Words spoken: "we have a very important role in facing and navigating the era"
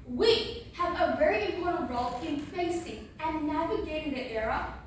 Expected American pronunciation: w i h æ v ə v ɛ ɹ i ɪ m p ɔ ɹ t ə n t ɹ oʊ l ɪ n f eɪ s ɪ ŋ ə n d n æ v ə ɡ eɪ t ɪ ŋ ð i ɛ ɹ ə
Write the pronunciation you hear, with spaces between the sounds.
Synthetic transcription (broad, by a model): w i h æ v ə v ɛ ɹ i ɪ m p ɔ ɹ t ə n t ɹ oʊ l ɪ n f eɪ s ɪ ŋ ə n n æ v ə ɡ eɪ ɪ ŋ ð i ɛ ɹ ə